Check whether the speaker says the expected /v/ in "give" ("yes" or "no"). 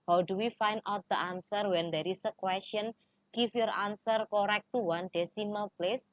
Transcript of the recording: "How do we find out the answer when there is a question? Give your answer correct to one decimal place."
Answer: no